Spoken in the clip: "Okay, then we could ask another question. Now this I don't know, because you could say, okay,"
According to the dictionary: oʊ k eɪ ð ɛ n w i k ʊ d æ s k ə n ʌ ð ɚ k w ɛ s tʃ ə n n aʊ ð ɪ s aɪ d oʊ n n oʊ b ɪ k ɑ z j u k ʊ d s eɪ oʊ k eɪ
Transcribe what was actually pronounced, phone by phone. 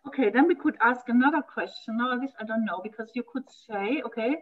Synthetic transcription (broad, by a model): oʊ k eɪ ð ɛ n w i k ʊ d æ s k ə n ʌ ð ɚ k w ɛ s tʃ ə n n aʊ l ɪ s aɪ d oʊ n n oʊ b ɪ k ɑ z j u k ʊ d s eɪ oʊ k eɪ